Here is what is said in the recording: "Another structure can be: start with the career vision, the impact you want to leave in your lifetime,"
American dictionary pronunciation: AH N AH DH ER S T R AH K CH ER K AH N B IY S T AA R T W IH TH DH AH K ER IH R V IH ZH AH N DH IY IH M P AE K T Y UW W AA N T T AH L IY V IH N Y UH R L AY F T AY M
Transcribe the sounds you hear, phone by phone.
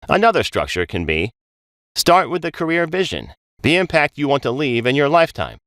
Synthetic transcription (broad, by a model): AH N AH DH ER S T R AH K CH ER K AH N B IY S T AA R T W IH DH AH K ER IH R V IH ZH AH N DH IY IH M P AE K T Y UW W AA N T T AH L IY V IH N Y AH R L AY F T AY M